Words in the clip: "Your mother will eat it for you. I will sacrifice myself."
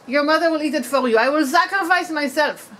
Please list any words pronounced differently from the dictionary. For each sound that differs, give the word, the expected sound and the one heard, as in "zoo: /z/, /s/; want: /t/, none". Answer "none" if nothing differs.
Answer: for: /ɹ/, /l/